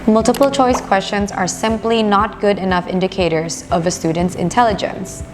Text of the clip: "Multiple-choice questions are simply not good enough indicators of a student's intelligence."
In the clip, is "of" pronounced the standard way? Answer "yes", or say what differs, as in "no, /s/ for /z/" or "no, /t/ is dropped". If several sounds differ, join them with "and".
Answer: yes